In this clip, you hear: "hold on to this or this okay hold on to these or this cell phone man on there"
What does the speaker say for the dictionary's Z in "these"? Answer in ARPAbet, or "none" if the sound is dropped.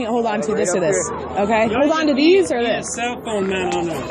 Z